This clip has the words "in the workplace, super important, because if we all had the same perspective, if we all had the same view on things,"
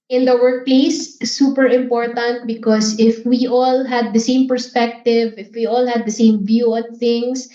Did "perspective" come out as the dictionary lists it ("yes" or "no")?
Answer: yes